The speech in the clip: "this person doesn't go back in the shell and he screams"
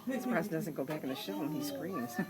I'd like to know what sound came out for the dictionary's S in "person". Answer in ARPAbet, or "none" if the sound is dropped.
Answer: none